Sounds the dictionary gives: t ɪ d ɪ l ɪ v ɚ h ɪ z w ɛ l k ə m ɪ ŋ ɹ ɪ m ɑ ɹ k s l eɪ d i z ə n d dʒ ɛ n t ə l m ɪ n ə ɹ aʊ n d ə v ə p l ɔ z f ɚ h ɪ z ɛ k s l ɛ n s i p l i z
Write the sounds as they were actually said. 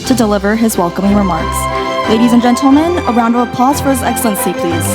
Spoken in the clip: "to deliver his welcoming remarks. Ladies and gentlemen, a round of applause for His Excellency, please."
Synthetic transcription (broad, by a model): t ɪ d ɪ l ɪ v ɚ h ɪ z w ɛ l k ə m ɪ ŋ ɹ ɪ m ɑ ɹ k s l eɪ d i z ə n dʒ ɛ n t l m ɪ n ə ɹ aʊ n d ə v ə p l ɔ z f ɚ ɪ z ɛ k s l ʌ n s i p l i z